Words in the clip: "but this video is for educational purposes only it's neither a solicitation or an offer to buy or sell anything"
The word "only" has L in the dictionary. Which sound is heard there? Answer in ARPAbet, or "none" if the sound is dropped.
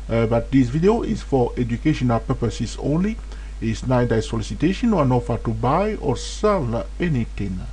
L